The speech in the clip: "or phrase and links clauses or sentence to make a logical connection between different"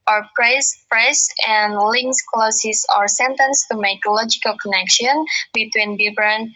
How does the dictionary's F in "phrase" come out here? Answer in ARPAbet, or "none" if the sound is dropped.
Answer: P